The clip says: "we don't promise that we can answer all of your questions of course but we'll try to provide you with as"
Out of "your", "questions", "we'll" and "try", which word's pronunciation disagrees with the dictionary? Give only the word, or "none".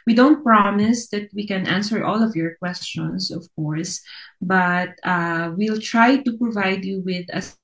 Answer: questions